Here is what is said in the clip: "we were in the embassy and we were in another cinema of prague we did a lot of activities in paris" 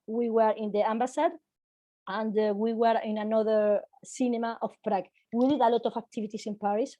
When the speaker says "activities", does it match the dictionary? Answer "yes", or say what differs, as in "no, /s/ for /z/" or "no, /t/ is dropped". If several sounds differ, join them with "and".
no, /s/ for /z/